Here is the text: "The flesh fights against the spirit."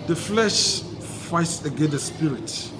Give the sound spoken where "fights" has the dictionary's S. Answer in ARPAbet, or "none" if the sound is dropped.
S